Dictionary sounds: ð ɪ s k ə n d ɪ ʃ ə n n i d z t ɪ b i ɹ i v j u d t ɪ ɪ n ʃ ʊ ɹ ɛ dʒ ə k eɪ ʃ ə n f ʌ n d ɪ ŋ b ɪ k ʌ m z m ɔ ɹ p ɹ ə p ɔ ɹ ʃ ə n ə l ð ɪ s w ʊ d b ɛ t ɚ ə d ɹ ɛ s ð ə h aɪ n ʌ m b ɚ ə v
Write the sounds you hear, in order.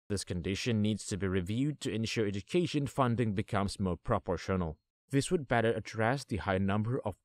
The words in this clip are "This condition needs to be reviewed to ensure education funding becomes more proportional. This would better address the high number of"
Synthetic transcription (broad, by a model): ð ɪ s k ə n d ɪ ʃ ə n n i d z t ɪ b i ɹ i v j u d t ɪ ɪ n ʃ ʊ ɹ ɛ dʒ ə k eɪ ʃ ə n f ʌ n d ɪ ŋ b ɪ k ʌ m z m ɔ ɹ p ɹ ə p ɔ ɹ ʃ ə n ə l ð ɪ s w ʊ d b ɛ t ɚ ə d ɹ ɛ s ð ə h aɪ n ʌ m b ɚ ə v